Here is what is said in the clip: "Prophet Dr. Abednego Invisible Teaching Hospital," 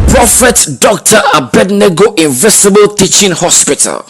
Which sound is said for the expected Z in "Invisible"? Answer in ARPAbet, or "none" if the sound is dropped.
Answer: S